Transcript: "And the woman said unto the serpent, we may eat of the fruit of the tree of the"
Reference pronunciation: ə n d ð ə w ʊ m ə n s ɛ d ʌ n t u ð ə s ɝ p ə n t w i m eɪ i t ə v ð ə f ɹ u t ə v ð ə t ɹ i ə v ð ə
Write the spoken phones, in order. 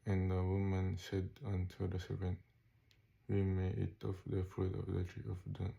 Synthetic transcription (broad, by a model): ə n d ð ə w ʊ m ə n s ɛ d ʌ n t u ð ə s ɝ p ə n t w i m eɪ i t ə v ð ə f u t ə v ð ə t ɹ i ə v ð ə